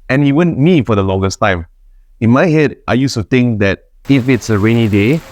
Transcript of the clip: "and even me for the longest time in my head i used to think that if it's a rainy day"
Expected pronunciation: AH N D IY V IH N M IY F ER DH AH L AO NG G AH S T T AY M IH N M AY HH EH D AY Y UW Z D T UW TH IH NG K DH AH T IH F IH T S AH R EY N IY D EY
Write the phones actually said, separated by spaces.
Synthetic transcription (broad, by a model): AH N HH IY W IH N M IY F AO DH AH L AO NG G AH S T T AY M IH N M AY HH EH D AY Y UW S T UW T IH NG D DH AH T IH F IH T S AH R EY N IY D EY